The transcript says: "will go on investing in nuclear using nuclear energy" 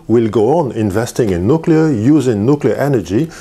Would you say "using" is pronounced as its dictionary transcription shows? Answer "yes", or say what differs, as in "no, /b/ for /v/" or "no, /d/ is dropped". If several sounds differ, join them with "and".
yes